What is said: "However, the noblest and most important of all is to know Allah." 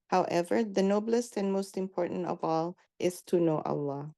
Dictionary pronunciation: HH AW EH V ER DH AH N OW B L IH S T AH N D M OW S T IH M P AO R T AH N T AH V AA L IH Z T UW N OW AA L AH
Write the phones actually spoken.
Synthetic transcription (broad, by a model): HH AW EH V ER DH AH N OW B L IH S T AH N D M OW S T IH M P AO R T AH N T AH V AA L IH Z T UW N OW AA L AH